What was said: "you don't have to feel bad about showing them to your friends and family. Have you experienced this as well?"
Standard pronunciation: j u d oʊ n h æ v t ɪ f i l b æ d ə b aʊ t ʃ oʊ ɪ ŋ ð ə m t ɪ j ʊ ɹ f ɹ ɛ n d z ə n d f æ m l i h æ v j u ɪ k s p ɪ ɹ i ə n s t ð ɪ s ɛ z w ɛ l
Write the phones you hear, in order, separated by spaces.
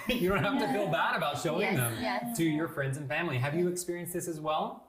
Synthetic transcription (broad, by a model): j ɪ d oʊ n h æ f t ɪ f i l b æ d ə b aʊ t ʃ oʊ ɪ ŋ ð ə m t ɪ j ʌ ɹ f ɹ ɛ n d z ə n f æ m l i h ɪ v j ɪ k s p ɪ ɹ i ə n s ð ɪ s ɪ z w ɛ l